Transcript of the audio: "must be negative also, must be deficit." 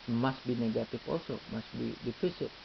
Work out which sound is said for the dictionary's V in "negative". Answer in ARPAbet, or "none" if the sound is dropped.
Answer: F